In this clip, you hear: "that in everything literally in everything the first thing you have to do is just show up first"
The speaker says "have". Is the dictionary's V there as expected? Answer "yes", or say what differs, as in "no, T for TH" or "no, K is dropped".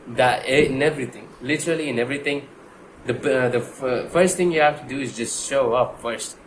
no, F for V